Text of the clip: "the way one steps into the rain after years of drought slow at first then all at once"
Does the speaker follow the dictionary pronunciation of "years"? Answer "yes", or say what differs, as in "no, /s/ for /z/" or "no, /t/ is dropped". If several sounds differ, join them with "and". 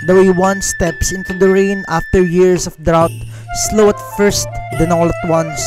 no, /s/ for /z/